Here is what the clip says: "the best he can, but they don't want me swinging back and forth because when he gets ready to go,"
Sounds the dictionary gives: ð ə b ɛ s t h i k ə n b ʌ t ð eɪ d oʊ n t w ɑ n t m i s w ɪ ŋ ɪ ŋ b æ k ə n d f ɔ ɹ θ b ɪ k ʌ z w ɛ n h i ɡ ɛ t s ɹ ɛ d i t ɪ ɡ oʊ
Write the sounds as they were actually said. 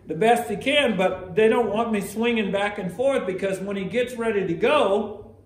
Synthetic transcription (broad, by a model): ð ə b ɛ s t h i k ə n b ʌ t ð eɪ d oʊ n t w ɑ n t m i s w ɪ ŋ ɪ ŋ b æ k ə n f ɔ ɹ θ b ɪ k ʌ z w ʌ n i ɡ ɛ t s ɹ ɛ d i t ɪ ɡ oʊ